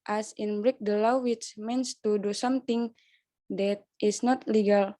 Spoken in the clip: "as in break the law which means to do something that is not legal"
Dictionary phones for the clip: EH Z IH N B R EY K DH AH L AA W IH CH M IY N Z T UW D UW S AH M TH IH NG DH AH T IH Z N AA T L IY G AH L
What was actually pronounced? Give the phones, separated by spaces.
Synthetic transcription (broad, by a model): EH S IH N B R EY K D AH L AA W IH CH M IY N S T UW D UW S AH M T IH NG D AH T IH S N AA T L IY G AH L